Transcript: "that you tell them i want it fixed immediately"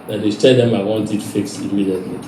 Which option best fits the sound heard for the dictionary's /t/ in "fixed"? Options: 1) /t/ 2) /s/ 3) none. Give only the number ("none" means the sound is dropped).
3